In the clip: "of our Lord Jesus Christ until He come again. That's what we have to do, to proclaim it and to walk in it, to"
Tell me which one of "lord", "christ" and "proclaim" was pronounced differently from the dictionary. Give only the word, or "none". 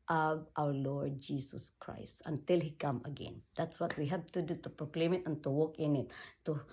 none